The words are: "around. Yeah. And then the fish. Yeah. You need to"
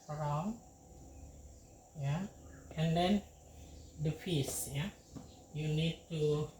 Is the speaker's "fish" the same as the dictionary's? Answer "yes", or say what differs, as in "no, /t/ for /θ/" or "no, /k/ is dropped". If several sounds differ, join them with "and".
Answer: no, /s/ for /ʃ/